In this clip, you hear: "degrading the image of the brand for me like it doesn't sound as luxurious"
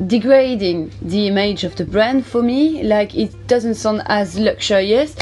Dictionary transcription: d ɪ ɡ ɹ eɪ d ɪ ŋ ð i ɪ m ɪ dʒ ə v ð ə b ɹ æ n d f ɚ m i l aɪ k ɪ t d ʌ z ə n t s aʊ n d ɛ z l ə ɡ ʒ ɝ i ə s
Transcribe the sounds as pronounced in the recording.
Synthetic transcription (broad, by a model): d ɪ ɡ ɹ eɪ d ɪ ŋ ð i ɪ m ɪ dʒ ə v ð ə b ɹ æ n d f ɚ m i l aɪ k ɪ t d ʌ z ə n t s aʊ n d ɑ z l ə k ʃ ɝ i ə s